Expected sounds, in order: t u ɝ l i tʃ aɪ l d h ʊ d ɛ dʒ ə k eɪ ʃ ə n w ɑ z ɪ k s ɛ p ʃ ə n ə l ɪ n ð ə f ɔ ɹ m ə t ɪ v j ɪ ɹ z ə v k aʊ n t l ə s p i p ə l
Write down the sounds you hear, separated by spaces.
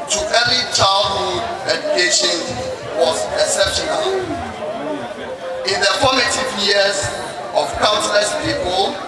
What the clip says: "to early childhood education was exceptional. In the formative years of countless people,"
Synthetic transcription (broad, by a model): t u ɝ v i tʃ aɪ l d h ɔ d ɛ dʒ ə k eɪ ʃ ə n w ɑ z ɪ s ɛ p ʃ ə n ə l ɪ n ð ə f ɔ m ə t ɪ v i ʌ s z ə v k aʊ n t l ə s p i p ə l